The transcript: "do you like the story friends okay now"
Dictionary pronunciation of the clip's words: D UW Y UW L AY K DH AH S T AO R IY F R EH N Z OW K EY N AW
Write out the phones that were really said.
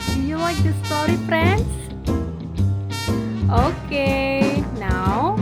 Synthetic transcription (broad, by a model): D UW Y UW W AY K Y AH S T AO R IY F R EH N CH OW K EY N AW